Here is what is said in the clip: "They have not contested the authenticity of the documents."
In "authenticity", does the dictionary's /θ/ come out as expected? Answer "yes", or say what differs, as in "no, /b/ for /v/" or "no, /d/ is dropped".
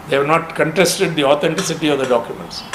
no, /t/ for /θ/